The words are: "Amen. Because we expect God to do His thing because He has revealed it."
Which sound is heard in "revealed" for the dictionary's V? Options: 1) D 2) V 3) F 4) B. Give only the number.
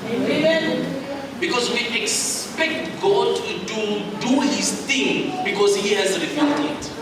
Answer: 3